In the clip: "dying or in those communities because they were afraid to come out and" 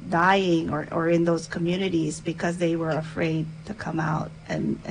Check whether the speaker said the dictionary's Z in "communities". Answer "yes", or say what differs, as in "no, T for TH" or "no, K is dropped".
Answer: yes